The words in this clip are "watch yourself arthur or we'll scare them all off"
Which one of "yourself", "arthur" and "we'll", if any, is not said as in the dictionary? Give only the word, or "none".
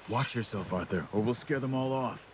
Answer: none